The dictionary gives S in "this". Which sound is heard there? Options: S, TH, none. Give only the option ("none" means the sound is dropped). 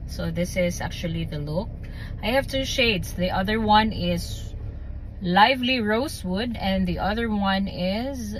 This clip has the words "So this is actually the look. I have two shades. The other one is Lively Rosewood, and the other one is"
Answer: S